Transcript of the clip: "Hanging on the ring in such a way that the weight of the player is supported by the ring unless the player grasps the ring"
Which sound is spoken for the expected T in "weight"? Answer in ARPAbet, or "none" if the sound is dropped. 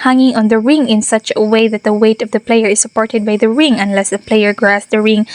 T